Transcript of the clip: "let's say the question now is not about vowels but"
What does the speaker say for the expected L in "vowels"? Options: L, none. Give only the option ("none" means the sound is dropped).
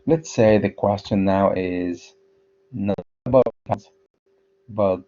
none